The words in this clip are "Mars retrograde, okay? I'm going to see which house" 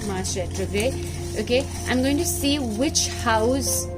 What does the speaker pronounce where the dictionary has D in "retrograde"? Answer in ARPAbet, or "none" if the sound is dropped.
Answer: none